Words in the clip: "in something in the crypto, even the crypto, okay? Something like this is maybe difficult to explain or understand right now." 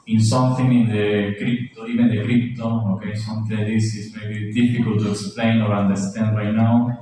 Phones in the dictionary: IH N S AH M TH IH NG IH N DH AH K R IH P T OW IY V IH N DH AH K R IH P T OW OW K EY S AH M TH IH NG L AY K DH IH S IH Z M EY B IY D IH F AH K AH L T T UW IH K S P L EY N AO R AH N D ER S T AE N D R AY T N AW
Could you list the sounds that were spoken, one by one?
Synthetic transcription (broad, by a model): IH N S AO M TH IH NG IH N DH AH K R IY P T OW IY P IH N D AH K R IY P T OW OW K EY S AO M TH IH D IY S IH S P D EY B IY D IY F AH K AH L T T UW IH K S P L EY N AO R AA N D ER S T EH N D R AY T N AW